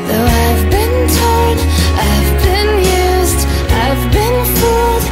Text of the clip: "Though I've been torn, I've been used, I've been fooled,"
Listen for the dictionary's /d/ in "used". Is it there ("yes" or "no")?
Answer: yes